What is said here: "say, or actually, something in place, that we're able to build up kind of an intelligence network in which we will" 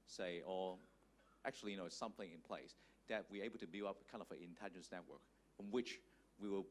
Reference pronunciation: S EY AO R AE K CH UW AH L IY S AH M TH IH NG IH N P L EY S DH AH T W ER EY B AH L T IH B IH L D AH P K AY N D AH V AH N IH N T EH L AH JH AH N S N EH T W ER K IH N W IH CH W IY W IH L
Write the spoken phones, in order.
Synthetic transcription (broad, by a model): S EY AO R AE K CH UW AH N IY S AH M TH IH NG IH N P L EY S DH AH T W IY EY B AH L T IH B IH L AH P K AY N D AH V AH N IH N T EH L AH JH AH N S N EH T W ER K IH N W IH CH W IY W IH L